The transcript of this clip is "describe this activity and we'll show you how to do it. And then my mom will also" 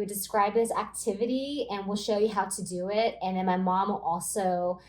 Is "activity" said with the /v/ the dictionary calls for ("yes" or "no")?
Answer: yes